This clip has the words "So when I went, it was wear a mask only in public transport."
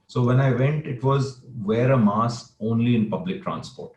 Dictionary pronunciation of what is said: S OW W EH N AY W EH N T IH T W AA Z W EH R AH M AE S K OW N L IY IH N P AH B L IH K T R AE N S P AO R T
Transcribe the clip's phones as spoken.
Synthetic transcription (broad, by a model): S OW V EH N AY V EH N T IH T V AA Z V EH R AH M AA S OW N L IY IH N P AH B L IH K T R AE N S P AO R T